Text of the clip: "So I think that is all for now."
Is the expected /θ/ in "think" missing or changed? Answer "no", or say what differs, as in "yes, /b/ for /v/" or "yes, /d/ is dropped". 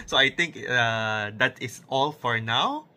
yes, /t/ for /θ/